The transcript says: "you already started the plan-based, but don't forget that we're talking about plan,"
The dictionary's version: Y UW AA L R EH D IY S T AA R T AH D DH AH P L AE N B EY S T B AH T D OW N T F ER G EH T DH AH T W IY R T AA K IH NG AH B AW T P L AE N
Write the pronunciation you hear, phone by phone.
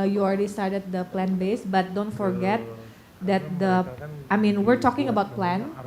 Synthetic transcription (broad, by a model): Y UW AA L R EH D IY S T AA R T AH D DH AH P L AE N B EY S B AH T D OW N T F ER G EH T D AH T W IY R T AA K IH NG AH B AW T P L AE N